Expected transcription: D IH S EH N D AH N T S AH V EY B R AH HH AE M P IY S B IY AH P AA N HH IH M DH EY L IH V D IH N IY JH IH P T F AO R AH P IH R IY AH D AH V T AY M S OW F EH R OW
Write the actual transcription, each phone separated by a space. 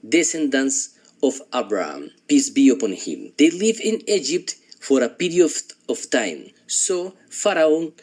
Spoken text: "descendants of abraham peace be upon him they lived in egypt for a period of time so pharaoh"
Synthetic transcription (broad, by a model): D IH S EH N D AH N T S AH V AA B R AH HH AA M P IY S B IY AH P AA N HH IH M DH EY L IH V IH N IY JH IH P T F AO R AH P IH R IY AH AH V T AY M S OW F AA R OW